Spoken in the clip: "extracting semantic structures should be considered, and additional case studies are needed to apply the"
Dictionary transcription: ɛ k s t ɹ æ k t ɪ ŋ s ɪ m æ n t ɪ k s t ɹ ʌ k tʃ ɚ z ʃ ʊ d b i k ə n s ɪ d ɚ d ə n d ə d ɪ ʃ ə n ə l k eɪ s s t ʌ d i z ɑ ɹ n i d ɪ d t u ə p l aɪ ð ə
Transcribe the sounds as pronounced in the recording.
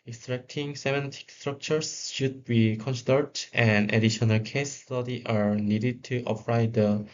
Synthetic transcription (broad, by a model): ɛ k s t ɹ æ k t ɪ ŋ s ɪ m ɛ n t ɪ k s t ɹ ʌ k tʃ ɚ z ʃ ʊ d b i k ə n s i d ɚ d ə n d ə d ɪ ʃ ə n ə l k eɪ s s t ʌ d i ɑ ɹ n i d ɪ d t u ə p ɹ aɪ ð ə